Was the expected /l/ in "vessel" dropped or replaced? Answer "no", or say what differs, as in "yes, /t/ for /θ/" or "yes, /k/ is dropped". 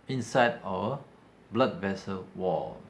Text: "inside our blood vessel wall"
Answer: no